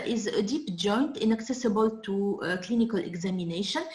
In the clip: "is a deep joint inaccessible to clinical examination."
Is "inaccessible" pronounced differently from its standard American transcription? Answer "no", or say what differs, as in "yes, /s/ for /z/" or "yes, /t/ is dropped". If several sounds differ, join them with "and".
no